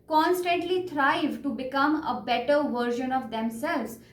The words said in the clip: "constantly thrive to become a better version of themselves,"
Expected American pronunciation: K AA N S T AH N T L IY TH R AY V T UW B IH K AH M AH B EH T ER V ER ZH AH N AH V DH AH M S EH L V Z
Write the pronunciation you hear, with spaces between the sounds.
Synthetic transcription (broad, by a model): K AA N S T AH N T L IY T R AY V T UW B IH K AH M AH B EH T ER V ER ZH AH N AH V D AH M S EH L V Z